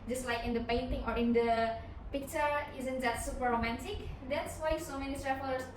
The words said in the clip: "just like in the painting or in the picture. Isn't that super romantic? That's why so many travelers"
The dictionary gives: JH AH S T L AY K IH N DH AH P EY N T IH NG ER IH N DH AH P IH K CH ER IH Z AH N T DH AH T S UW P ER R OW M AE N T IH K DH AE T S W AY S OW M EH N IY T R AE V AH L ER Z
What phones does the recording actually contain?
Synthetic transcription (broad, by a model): JH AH S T L AY K IH N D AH P EY N T IH NG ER IH N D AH P IH K CH ER IH Z AH N T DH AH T S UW P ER R OW M AE N T IH K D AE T S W AY S OW M EH N IY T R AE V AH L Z